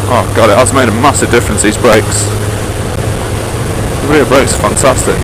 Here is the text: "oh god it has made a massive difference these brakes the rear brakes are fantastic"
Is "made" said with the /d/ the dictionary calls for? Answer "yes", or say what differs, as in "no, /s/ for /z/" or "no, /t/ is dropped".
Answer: yes